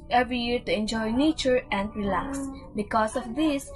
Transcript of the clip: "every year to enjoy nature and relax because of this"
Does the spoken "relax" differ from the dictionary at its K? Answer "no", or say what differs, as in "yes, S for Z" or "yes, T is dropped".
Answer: no